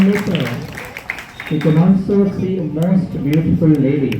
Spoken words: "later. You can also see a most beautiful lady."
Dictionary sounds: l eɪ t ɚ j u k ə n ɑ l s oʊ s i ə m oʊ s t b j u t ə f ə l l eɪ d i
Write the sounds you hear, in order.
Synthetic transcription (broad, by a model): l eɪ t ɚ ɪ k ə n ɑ n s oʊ s i ə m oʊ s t b j u t ə f ə l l eɪ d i